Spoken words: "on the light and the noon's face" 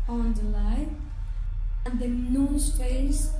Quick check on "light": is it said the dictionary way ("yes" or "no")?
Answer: no